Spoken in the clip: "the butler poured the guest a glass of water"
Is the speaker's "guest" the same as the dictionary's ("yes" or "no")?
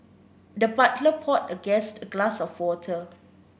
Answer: yes